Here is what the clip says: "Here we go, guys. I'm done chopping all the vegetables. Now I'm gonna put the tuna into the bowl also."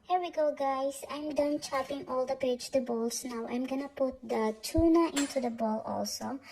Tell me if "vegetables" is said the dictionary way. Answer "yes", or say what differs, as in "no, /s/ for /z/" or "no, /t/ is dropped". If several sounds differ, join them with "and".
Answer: no, /p/ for /v/